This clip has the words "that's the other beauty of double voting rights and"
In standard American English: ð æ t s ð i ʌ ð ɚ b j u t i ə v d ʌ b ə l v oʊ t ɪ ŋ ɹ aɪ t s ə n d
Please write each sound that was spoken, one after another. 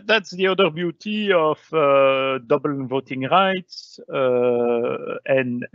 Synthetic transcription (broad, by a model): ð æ t s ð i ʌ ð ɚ b j u t i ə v d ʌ b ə l v oʊ t ɪ ŋ ɹ aɪ t s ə n